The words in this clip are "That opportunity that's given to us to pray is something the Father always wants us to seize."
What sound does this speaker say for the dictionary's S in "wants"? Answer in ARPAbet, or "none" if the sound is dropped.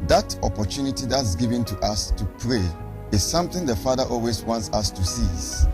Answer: S